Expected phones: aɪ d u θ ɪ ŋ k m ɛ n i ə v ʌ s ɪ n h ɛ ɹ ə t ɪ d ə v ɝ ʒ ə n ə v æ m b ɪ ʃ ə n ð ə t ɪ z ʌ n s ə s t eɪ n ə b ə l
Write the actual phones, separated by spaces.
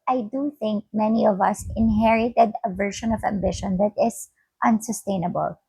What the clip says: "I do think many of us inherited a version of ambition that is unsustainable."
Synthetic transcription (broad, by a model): aɪ d u θ ɪ ŋ k m ɛ n i ə v ʌ s ɪ n h ɛ ɹ ə t ɪ d ə v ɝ ʃ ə n ə v æ m b ɪ ʃ ə n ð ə t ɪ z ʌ n s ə s t eɪ n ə b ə l